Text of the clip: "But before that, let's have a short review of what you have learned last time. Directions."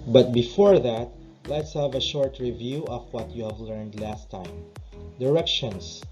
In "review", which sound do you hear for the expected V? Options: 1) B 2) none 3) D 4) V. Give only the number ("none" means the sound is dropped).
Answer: 4